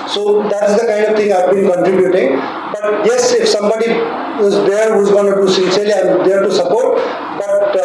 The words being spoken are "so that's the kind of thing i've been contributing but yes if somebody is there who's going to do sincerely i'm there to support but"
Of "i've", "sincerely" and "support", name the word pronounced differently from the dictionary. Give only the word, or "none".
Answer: sincerely